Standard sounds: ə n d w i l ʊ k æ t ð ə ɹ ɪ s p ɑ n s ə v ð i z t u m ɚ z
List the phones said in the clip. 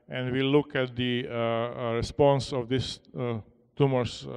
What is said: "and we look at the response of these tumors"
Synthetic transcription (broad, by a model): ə n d w i l ʊ k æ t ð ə ɹ ɪ s p ɑ n s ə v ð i s t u m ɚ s